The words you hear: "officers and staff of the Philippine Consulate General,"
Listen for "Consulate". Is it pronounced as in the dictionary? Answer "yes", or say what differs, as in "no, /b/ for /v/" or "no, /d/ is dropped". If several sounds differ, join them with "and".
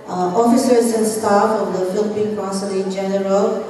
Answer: no, /n/ is dropped